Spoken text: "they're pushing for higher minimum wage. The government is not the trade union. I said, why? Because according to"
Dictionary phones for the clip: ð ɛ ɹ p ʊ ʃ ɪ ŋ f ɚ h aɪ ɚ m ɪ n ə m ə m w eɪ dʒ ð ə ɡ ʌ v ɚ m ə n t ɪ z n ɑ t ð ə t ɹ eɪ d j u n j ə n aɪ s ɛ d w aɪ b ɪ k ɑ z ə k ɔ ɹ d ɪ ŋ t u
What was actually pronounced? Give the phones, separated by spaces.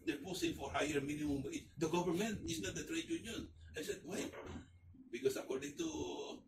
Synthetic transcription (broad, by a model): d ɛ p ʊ s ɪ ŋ f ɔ h aɪ ɚ m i n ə m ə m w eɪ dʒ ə ɡ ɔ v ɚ m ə n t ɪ s n ɑ t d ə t ɹ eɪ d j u n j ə n aɪ s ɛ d w aɪ b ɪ k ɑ s ə k ɔ ɹ d ɪ ŋ t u